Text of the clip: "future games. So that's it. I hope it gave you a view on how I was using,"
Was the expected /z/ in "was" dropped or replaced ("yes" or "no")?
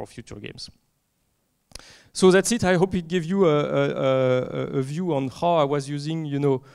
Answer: no